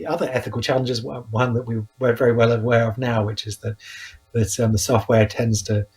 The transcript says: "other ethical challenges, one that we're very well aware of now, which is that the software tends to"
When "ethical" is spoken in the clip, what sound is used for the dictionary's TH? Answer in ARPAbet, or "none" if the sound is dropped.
TH